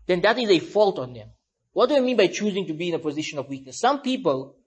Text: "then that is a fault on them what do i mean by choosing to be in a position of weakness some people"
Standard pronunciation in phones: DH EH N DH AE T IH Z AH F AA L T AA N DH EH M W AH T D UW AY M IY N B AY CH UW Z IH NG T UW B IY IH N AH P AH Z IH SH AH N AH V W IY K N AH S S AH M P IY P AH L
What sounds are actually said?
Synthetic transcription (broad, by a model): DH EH N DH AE T IH Z AH F AA L T AA N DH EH M W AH T D UW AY M IY N B AY CH UW Z IH NG T UW B IY IH N AH P AH Z IH SH AH N AH V W IY K N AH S S AH M P IY P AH L